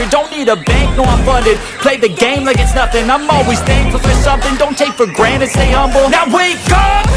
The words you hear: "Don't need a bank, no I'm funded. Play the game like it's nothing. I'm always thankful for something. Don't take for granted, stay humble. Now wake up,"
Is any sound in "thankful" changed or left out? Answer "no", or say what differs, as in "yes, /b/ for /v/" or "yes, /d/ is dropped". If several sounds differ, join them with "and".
yes, /k/ is dropped